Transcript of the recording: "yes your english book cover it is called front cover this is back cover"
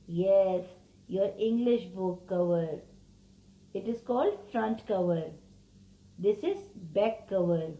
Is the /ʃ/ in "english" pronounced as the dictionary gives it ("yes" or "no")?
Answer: yes